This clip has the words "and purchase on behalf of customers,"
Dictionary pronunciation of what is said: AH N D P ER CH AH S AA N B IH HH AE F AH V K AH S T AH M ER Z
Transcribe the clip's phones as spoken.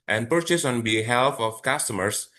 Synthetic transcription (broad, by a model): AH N D P ER CH AH S AA N B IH HH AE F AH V K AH S T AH M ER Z